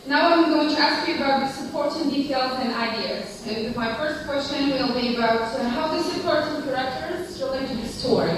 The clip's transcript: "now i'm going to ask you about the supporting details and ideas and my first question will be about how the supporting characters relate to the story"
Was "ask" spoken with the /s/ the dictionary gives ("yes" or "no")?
yes